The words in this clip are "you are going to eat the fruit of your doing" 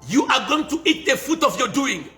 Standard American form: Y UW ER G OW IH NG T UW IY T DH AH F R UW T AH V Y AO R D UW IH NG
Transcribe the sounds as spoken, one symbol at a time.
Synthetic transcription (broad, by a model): Y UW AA G OW IH NG T UW IY T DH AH F UW T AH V Y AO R D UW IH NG